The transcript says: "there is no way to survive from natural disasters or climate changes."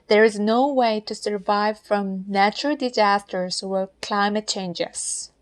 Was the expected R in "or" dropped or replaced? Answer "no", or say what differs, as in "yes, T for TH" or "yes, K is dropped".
yes, L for R